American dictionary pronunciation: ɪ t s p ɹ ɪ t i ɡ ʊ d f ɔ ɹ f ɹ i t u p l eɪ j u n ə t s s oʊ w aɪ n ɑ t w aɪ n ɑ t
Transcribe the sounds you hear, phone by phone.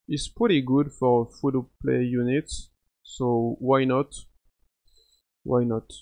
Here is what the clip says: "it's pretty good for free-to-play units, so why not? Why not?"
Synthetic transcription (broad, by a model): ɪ t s p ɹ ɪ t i ɡ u d f ɔ ɹ f u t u p l eɪ j u n ə t s s oʊ w aɪ n ɑ t w aɪ n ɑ t